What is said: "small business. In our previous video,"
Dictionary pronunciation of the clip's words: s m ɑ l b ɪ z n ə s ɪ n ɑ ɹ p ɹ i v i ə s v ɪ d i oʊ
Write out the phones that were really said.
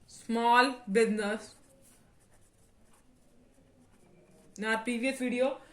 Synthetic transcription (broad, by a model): s m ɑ l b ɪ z n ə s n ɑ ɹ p i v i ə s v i d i oʊ